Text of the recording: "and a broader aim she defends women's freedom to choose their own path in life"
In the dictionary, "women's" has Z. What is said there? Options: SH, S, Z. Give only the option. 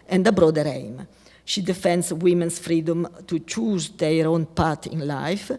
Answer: S